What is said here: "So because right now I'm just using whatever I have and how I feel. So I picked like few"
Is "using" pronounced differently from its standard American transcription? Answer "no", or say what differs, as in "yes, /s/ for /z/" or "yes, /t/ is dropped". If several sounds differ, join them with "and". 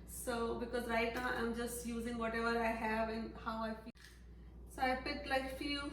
no